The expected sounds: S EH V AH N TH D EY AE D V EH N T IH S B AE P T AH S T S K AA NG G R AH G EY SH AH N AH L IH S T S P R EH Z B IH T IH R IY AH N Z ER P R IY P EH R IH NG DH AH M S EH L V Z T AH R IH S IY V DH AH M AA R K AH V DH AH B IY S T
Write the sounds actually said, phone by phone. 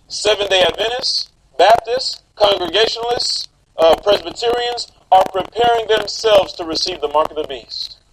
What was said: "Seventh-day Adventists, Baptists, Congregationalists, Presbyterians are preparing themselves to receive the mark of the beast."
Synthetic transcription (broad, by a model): S EH V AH N D EY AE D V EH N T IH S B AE P T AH S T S K AA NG G R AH G EY SH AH N L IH S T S P R EH Z B IH T IH R IY AH N Z ER P R IY P EH R IH NG DH AH M S EH L V Z T AH R IH S IY V DH AH M AA R K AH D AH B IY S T